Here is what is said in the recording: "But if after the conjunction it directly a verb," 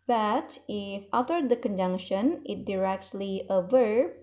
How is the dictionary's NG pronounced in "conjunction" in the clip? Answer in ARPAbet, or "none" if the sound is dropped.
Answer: NG